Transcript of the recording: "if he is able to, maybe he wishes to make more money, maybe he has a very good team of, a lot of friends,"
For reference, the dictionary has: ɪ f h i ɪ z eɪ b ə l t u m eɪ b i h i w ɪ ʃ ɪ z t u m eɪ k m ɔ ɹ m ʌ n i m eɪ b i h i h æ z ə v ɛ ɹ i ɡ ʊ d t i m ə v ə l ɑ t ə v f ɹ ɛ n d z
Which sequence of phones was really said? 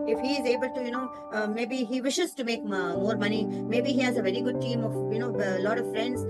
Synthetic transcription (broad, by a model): ɪ f h i ɪ z eɪ b ə l t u m eɪ b i h i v ɪ ʃ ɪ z t u m eɪ k m ɔ ɹ m ʌ n i m eɪ b i h i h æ z ə v ɛ ɹ i ɡ ʊ d t i m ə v ə l ɑ t ə v f ɹ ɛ n d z